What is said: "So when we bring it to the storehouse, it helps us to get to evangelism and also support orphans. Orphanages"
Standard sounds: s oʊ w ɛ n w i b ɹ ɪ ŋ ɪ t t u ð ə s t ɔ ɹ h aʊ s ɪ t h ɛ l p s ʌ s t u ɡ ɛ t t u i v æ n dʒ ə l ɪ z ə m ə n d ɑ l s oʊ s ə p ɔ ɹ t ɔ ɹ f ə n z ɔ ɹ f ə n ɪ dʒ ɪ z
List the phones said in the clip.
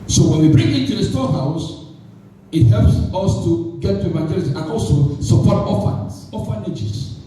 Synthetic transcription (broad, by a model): s oʊ w ɛ n w i b ɹ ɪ ŋ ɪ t t u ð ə s t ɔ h aʊ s ɪ t h ɛ l p s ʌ s t u ɡ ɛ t t u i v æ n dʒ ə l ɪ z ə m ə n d ɑ l s oʊ s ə p ɔ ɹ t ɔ f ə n s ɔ f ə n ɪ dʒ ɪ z